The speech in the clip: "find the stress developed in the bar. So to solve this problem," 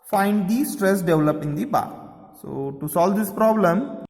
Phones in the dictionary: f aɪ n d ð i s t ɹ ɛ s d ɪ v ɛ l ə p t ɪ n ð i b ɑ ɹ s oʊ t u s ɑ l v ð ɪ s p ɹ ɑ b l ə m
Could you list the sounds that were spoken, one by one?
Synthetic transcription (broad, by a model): f aɪ n d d i s t ɹ ɛ s d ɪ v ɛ l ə p ɪ n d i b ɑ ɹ s oʊ t u s ɑ l v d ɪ s p ɹ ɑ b l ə m